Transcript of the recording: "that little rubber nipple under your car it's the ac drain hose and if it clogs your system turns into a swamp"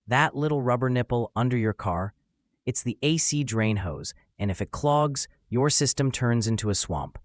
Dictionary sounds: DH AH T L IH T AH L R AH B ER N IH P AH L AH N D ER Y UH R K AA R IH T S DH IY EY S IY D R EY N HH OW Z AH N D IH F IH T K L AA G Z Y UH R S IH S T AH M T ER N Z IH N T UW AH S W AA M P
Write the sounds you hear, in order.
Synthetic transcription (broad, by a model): DH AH T L IH T L R AH B ER N IH P L AH N D ER Y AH R K AA R IH T S DH IY EY S IY D R EY N HH OW Z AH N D IH F IH T K L AA G Z Y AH R S IH S T AH M T ER N Z IH N T UW AH S W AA M P